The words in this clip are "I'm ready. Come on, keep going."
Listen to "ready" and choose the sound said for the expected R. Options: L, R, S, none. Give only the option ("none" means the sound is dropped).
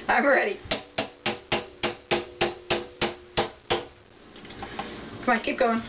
R